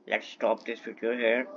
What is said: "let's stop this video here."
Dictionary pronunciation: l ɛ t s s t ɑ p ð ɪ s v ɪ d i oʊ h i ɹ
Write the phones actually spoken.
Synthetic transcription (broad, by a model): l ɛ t s s t ɑ p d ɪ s f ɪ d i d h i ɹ